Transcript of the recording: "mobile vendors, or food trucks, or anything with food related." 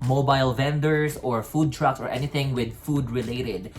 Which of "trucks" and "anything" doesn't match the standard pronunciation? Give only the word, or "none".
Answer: none